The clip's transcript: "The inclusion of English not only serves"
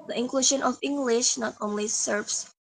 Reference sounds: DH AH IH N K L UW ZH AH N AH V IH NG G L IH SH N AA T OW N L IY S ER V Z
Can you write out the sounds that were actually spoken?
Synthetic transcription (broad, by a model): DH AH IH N K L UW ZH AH N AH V IH NG G L IH SH N AA T OW N L IY S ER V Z